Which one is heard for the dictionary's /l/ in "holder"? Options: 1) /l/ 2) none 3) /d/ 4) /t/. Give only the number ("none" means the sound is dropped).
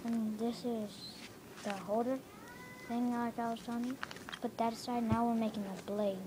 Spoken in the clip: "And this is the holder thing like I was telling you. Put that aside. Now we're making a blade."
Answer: 2